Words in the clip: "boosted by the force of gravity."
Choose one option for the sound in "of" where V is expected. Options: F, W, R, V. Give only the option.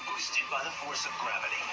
V